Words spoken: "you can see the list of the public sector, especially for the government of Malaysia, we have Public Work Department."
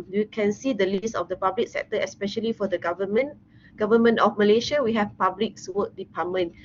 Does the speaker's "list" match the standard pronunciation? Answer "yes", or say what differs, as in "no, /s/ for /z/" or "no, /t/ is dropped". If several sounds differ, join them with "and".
no, /t/ is dropped